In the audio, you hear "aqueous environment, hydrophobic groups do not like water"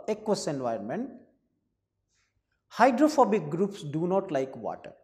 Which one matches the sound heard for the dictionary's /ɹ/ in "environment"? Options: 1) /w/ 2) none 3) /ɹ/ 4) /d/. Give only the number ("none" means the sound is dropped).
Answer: 2